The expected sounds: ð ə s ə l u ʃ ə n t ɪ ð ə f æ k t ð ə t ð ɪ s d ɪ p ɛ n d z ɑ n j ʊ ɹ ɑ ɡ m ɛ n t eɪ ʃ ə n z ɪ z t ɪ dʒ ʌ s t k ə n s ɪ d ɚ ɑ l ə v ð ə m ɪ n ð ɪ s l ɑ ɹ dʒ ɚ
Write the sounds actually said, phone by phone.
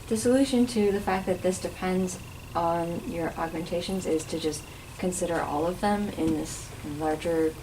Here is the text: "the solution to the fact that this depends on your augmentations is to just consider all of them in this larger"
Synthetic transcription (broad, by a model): ð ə s ə l u ʃ ə n t ɪ ð ə f æ k ð ə t ð ɪ s d ɪ p ɛ n d z n j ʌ ɹ ɑ ɡ m ɛ n t eɪ ʃ ə n z ɪ z t ɪ dʒ ʌ s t k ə n s ɪ d ɚ ɑ l ə v ð ə m ɪ n ð ɪ s l ɑ ɹ dʒ ɚ